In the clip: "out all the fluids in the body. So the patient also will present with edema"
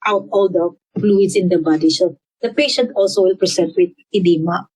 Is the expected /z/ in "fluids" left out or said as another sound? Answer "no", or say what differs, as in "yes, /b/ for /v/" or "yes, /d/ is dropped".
yes, /s/ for /z/